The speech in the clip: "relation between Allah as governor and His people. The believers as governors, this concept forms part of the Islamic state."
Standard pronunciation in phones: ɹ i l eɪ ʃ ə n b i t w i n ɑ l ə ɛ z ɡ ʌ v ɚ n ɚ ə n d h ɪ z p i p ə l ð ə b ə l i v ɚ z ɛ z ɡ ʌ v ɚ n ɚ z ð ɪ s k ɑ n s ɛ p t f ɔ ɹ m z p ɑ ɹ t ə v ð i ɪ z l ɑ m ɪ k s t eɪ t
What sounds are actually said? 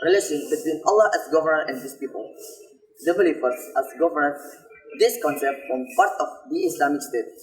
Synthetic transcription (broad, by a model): ɹ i l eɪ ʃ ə n b i t w i n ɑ l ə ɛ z ɡ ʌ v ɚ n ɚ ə n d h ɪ s p i p ə l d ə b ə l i p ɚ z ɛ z ɡ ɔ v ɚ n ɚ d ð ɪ s k ɑ n s ɛ p t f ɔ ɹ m p ɑ ɹ t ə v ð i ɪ s l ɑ m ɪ k s t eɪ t